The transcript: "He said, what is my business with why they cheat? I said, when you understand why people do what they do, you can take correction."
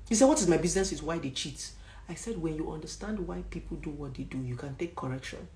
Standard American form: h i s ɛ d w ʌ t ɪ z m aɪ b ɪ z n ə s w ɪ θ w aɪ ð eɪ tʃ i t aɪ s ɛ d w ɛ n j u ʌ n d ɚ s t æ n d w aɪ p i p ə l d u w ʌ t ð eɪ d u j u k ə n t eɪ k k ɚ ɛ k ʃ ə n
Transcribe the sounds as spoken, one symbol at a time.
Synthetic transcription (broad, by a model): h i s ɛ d w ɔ t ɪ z m aɪ b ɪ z n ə s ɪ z w aɪ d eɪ tʃ i t aɪ s ɛ d w ɛ n j u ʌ n d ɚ s t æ n d w aɪ p i p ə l d u w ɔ t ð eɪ d u j u k ə n t eɪ k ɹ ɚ ɛ k ʃ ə n